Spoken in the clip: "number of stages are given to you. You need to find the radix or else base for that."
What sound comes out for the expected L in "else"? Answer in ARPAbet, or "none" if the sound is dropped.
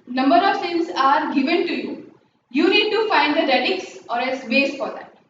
none